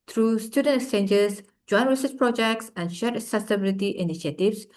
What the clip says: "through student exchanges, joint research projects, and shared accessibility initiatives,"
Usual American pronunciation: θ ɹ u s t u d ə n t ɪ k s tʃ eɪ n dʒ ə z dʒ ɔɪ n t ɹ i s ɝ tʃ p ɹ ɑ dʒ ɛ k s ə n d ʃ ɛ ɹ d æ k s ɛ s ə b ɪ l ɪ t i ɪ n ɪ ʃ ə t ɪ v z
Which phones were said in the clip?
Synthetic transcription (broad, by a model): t ɹ u s t u d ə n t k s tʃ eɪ n dʒ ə s dʒ ɔɪ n ɹ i s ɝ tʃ p ɹ ɑ dʒ ɛ k s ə n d ʃ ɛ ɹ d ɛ s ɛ s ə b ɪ l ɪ t i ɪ n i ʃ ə t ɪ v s